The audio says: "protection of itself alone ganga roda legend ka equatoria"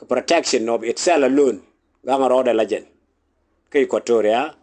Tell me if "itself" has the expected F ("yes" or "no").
no